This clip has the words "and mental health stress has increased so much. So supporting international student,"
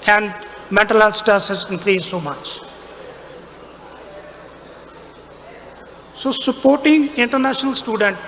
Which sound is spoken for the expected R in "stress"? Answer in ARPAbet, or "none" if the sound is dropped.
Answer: none